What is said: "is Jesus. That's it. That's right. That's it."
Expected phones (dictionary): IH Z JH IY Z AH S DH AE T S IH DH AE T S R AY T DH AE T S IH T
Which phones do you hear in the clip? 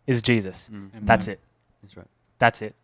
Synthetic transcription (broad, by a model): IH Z JH IY Z AH S DH AE T S IH T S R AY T DH AE T S IH T